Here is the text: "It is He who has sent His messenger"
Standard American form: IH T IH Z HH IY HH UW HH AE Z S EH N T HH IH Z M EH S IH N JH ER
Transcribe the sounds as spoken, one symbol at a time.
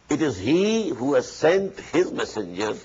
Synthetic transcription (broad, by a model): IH T IH Z HH IY HH UW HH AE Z S EH N T HH IH Z M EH S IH N JH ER